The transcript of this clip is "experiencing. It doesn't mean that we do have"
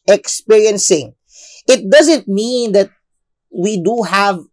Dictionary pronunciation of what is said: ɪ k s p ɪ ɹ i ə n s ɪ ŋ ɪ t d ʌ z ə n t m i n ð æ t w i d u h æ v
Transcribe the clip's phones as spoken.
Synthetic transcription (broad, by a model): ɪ k s p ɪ ɹ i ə n s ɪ ŋ ɪ t d ʌ z ə n t m i n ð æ t w i d u h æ v